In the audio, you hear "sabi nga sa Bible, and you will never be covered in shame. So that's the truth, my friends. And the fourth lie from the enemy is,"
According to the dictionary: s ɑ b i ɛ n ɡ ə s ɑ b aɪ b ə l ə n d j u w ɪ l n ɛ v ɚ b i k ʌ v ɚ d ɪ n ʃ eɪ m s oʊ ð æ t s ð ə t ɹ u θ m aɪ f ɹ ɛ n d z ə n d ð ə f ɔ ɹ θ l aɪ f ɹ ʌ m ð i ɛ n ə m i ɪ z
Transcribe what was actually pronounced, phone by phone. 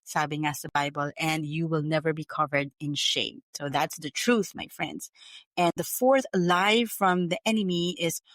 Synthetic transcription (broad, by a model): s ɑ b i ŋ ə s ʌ b aɪ b ə l ə n d j u w ɪ l n ɛ v ɚ b i k ʌ v ɚ d ɪ n ʃ eɪ m s oʊ ð æ t s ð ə t ɹ u θ m aɪ f ɹ ɛ n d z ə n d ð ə f ɔ ɹ θ l aɪ f ɹ ʌ m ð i ɛ n ə m i ɪ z